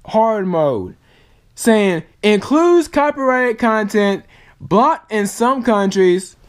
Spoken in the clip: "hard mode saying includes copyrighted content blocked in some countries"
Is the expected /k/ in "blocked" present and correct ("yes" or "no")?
no